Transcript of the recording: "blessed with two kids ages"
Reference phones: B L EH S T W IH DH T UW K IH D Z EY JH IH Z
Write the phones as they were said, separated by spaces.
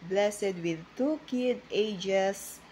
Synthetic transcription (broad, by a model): B L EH S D W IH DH T UW K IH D EY JH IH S